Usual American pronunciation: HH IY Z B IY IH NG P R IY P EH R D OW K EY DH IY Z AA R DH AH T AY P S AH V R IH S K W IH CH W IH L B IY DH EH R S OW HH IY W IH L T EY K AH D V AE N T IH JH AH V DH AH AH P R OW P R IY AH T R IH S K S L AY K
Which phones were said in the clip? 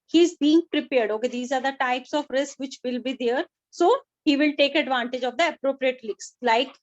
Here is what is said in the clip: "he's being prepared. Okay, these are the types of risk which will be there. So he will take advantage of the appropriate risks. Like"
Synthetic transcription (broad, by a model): HH IY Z B IY IH NG P R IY P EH R D OW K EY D IY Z AA R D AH T AY P S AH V R IH S K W IH CH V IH L B IY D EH R S OW HH IY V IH L T EY K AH D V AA N T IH JH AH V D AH AH P R OW P R IY AH T L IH K S L AY K